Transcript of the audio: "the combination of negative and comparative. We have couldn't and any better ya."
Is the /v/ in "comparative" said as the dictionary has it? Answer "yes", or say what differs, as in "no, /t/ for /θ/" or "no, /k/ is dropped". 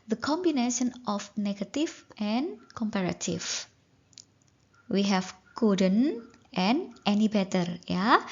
no, /f/ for /v/